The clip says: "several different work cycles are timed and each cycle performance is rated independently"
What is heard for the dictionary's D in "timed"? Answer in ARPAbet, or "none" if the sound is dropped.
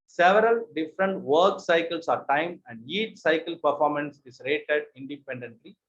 none